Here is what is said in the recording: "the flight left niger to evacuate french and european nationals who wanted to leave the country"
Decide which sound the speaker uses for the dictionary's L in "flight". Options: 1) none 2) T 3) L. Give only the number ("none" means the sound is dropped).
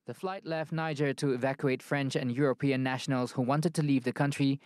3